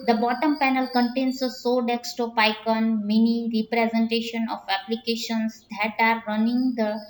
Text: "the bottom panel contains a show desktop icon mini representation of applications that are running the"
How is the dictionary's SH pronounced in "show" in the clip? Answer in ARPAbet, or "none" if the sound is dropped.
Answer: S